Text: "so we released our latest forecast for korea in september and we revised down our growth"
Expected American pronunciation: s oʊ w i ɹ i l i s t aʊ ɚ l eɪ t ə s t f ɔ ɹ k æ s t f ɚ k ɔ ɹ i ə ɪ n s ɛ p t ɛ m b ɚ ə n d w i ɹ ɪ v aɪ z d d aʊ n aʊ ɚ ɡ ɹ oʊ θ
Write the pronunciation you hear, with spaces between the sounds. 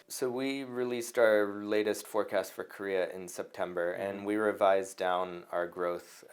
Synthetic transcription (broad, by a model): s oʊ w i ɹ i l i s t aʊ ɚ l eɪ t ə s t f ɔ ɹ k æ s t f ɚ k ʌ ɹ i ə ɪ n s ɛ p t ɛ m b ɚ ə n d w i ɹ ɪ v aɪ z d d aʊ n aʊ ɚ ɡ ɹ oʊ θ